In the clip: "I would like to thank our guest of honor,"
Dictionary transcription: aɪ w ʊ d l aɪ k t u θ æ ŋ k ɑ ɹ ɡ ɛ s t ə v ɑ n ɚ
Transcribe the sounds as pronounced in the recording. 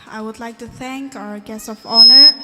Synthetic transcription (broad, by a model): aɪ w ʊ d l aɪ k t u θ æ ŋ k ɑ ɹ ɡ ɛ s ə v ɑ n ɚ